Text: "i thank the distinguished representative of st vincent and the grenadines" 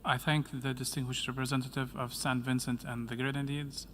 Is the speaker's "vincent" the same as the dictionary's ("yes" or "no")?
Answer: yes